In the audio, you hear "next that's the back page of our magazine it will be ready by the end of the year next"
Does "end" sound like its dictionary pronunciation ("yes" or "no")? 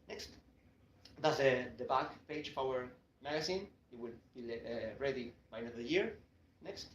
no